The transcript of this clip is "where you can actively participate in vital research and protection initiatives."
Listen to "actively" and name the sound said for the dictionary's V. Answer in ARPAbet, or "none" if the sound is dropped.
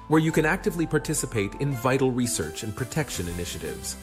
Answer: V